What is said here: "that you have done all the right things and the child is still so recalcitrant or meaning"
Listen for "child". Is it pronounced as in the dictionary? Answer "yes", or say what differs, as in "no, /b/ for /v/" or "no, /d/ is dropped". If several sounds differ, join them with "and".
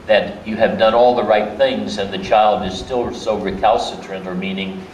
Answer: yes